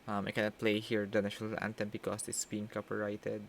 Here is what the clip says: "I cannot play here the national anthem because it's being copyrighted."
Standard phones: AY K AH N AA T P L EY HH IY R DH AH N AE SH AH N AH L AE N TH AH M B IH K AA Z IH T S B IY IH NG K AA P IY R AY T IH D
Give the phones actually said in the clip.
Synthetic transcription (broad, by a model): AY K AH N AA T P L EY HH IY R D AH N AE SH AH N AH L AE N T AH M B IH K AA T IH T S B IY IH NG K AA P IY R AY T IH D